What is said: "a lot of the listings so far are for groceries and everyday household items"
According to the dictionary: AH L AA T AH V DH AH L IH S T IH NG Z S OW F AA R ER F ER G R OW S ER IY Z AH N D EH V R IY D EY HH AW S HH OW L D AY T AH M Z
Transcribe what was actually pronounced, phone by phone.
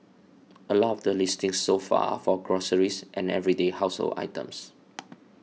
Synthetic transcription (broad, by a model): AH L AA T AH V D AH L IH S T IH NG S OW F AA F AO G R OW S ER IY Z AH N EH V R IY D EY HH AW S HH OW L AY T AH M S